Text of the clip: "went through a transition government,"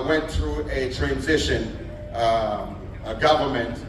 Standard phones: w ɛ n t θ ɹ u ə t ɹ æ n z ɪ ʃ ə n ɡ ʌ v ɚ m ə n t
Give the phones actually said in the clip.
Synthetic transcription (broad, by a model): w ɛ n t θ ɹ u ə t ɹ æ n z ɪ ʃ ə n ɡ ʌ v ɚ m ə n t